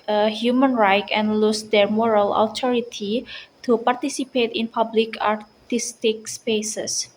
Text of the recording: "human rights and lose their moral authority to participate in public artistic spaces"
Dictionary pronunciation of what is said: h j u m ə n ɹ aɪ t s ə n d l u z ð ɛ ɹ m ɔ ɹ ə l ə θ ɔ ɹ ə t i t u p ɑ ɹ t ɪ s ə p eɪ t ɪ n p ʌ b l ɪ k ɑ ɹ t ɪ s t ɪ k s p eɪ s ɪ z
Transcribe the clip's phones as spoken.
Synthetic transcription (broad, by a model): h j u m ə n ɹ aɪ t ə n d l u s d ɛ ɹ m ɔ ɹ ə l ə t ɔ ɹ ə t i t u p ɑ ɹ t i s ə p eɪ t ɪ n p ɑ b l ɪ k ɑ ɹ t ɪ s t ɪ k s p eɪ s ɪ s